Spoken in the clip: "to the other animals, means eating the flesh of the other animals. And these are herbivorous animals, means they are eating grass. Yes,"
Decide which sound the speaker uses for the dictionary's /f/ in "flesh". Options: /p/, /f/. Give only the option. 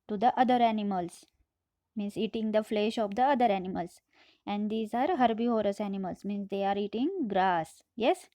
/f/